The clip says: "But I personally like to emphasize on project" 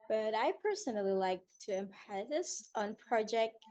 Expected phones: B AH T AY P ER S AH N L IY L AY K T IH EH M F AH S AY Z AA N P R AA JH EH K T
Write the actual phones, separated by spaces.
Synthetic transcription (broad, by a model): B AH T AY P ER S AH N L IY L AY K T IH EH M P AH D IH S N P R AA JH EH K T